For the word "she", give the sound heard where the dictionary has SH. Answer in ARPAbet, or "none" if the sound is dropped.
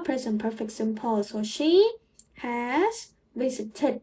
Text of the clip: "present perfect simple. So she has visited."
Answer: SH